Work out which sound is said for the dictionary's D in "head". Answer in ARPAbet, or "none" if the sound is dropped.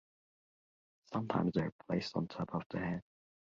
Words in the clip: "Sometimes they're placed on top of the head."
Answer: none